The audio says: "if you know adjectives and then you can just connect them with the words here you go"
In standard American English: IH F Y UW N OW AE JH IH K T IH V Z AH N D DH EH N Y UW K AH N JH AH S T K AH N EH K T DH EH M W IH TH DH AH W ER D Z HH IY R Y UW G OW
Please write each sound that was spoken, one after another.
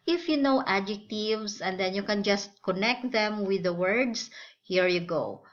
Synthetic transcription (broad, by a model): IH F Y UW N OW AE JH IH K T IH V S AH N D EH N Y UW K AH N JH AH S T K AH N EH K T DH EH M W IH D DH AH W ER D S HH IY R Y UW G OW